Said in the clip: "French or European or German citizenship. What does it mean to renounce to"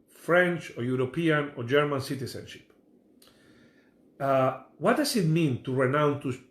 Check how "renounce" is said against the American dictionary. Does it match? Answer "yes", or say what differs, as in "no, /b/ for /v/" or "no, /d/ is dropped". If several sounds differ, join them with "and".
no, /s/ is dropped